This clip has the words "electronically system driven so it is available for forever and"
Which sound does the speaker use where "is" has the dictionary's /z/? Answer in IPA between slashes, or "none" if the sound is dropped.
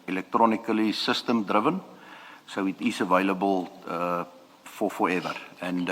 /s/